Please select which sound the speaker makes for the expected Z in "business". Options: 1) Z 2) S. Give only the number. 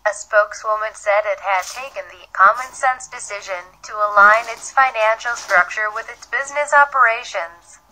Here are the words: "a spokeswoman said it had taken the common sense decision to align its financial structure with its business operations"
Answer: 1